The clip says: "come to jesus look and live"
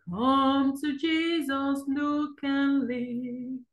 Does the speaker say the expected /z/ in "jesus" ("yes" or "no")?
yes